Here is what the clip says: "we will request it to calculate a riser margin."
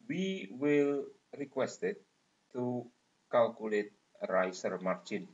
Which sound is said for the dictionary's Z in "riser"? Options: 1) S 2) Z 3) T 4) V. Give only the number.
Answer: 1